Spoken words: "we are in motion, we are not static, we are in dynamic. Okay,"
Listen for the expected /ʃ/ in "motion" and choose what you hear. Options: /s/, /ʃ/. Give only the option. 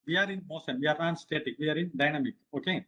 /s/